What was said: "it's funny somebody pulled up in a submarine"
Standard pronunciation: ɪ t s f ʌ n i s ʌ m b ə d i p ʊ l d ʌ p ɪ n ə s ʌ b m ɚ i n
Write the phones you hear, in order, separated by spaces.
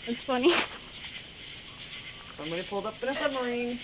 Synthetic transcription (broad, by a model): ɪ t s f ʌ n i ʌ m ə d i p ʊ l d ʌ p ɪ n ə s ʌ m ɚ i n